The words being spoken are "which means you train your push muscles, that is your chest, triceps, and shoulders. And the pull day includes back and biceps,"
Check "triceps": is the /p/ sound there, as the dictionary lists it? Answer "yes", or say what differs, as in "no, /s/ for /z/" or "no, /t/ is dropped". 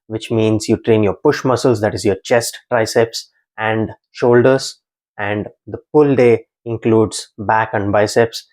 yes